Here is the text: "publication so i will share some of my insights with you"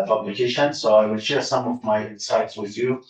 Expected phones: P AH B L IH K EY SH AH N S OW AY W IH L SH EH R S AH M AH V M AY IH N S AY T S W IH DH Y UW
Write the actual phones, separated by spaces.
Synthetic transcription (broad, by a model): P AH B L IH K EY SH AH N S OW AY W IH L SH EH R S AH M AH V M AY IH S AY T S W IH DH Y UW